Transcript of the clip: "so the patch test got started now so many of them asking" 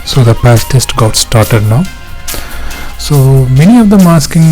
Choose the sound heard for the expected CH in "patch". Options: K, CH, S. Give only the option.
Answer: S